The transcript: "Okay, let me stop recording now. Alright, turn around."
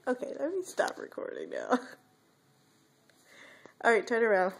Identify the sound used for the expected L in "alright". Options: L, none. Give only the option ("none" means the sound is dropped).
none